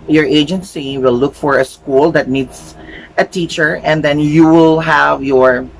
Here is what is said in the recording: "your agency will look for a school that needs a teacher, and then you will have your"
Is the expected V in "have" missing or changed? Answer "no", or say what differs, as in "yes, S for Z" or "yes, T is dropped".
no